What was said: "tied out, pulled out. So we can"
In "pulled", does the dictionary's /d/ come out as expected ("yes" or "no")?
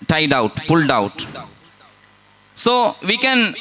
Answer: yes